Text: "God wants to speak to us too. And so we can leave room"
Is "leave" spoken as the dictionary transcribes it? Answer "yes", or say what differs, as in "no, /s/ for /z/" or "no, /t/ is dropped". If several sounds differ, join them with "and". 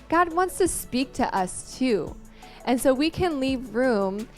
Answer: yes